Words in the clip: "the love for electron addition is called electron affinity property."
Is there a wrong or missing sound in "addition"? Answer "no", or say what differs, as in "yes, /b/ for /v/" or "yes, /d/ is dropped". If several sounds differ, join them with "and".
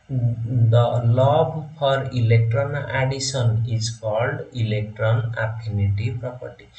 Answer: yes, /s/ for /ʃ/